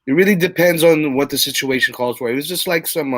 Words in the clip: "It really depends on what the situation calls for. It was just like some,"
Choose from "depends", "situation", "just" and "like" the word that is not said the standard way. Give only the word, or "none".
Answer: none